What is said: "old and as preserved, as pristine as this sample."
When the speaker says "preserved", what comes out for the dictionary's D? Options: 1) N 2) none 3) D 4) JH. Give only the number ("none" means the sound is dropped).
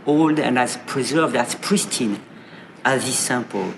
3